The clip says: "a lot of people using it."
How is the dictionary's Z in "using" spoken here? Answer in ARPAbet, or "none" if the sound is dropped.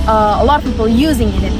Z